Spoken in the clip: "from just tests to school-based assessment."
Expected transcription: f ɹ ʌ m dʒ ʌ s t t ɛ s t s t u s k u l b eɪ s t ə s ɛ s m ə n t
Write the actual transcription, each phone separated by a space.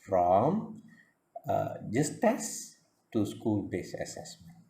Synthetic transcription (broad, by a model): f ɹ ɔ m dʒ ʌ s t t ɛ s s t u s k u l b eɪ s ə s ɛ s m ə n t